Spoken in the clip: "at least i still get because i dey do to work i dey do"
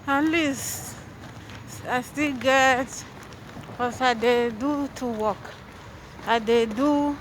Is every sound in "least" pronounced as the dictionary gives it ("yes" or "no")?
no